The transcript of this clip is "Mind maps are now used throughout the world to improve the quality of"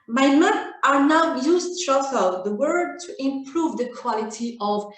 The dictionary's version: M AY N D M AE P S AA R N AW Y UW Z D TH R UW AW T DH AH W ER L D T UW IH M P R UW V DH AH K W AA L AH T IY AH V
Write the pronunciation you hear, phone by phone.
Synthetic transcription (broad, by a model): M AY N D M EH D AA R N AW Y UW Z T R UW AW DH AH W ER D T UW IH M P R UW V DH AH K W AA L AH T IY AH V